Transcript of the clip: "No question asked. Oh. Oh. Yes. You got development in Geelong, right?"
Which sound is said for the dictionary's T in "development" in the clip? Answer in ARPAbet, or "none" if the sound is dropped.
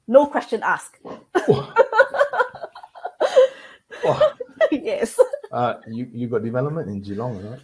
T